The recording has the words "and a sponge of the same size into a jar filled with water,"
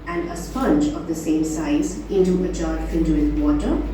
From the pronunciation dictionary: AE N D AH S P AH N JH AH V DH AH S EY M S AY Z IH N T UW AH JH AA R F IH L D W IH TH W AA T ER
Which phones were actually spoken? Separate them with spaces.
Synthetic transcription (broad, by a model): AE N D AH S P AH N JH AH V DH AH S EY M S AY Z IH N T UW AH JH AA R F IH N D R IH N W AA T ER